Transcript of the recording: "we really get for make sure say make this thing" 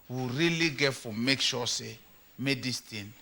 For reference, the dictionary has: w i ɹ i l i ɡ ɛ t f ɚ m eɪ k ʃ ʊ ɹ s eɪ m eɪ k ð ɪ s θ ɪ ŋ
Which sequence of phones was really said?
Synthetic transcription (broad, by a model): w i ɹ i l i ɡ ɛ t f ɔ m eɪ k ʃ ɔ s eɪ m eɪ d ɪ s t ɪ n